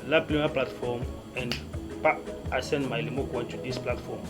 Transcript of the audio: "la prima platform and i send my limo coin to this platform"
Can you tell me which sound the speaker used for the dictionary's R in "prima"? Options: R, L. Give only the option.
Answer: L